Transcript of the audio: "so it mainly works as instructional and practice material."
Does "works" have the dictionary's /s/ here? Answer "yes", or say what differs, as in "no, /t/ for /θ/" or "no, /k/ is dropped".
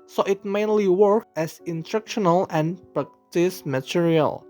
no, /s/ is dropped